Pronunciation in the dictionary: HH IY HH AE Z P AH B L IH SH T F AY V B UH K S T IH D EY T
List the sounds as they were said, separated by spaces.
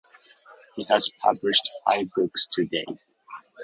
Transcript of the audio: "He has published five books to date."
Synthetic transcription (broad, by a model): HH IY HH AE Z P AH B L IH SH T F AY V B UH K S T IH D EY